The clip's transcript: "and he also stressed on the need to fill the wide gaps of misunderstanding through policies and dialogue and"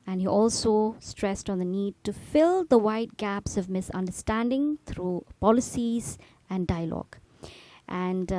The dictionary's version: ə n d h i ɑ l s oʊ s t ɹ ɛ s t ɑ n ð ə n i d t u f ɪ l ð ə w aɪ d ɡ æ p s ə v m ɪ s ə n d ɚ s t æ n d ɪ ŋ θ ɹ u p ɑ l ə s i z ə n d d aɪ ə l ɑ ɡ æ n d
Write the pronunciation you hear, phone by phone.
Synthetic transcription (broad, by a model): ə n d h i ɑ l s oʊ s t ɹ ɛ s t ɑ n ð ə n i d t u f ɪ l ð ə w aɪ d ɡ æ p s ə v m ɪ s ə n d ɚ s t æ n d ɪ ŋ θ ɹ u p ɑ l ə s i z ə n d d aɪ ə l ɑ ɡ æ n d